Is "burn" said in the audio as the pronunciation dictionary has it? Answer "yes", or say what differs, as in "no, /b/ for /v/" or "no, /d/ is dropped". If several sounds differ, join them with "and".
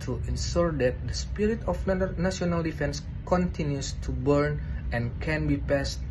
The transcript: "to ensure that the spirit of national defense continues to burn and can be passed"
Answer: yes